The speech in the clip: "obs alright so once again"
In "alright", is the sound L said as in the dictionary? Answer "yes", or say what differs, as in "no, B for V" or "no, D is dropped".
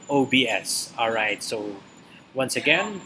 yes